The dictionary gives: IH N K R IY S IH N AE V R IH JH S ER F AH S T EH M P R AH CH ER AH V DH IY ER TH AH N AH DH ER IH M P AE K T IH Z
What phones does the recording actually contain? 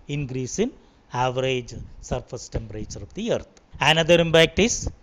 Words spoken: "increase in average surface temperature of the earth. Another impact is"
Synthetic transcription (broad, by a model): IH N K R IY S IH N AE V R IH JH S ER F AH S T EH M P R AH CH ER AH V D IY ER T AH N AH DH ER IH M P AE K T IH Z